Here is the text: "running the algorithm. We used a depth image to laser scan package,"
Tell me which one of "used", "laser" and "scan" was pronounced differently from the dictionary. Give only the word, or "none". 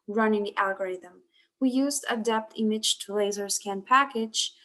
none